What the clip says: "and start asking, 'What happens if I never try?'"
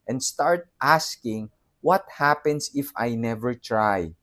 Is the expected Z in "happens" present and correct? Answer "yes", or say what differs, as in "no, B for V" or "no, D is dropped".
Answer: no, S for Z